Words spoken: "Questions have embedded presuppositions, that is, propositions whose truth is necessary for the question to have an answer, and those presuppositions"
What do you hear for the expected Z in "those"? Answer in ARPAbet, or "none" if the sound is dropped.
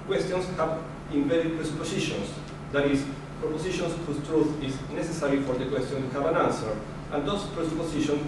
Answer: S